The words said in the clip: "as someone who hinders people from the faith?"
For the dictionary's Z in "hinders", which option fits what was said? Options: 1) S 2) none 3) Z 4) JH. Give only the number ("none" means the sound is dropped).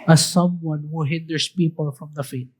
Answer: 1